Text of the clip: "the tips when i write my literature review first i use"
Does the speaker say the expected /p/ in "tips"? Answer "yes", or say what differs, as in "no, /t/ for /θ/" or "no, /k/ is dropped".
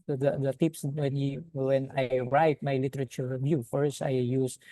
yes